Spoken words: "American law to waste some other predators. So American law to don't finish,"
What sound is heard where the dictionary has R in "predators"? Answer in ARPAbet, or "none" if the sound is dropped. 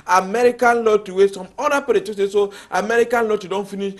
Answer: none